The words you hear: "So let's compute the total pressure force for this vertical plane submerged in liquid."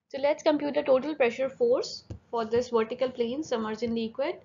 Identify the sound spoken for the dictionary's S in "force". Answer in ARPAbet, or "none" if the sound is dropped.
S